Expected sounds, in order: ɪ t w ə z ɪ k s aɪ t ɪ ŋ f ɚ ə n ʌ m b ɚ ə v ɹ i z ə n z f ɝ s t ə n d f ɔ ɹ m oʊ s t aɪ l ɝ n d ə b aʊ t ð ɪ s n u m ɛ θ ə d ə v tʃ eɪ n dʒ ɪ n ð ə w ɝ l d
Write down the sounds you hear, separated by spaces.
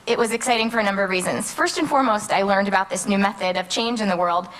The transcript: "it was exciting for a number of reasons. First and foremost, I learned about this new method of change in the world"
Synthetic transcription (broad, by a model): ɪ t w ə z ɪ k s aɪ t ɪ ŋ f ɚ ə n ʌ m b ɚ ə v ɹ i z ə n z f ɝ s t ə n f ɔ ɹ m oʊ s t aɪ l ɝ n d ə b aʊ t ð ɪ s n u m ɛ θ ə d ə v tʃ eɪ n dʒ ɪ n ð ə w ɝ l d